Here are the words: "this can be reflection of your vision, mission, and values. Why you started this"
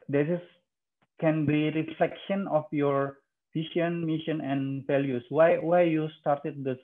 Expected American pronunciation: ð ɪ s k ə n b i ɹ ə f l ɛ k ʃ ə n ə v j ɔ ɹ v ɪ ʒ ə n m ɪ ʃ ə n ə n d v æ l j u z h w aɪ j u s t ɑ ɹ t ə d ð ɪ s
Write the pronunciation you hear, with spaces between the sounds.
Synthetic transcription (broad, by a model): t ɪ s k ə n b i ɹ ə f l ɛ k ʃ ə n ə f j ɔ ɹ f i ʃ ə n m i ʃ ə n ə n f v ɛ l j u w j w aɪ j u s t ɑ ɹ t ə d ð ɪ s